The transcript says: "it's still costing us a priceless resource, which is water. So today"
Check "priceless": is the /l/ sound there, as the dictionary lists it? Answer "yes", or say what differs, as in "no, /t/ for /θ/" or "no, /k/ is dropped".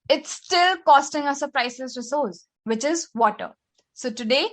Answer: no, /l/ is dropped